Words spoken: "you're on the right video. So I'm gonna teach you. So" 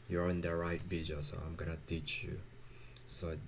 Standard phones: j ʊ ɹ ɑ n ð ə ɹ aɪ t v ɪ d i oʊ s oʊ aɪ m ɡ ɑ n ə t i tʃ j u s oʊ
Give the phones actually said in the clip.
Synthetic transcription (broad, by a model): j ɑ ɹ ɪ n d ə ɹ aɪ t b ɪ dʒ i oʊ s oʊ aɪ m ɡ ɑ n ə t i tʃ j u s oʊ